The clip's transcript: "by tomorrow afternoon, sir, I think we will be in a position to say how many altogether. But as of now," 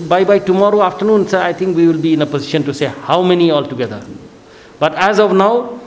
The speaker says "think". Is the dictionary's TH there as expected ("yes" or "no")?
no